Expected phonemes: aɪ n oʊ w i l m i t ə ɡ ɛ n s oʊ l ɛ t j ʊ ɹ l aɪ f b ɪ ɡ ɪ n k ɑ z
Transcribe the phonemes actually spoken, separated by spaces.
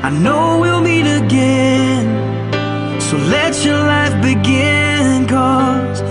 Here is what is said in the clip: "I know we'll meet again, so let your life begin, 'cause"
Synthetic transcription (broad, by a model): aɪ n oʊ w i l m i t ə ɡ ɛ n s oʊ l ɛ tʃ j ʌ ɹ l aɪ f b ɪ ɡ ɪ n k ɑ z